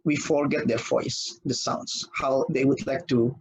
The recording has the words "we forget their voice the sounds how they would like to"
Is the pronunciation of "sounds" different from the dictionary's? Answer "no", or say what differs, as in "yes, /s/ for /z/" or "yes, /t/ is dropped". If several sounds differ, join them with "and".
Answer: yes, /s/ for /z/